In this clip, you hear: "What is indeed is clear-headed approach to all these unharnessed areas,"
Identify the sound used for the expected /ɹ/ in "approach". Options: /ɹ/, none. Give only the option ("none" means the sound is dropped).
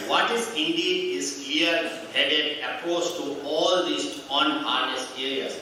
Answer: none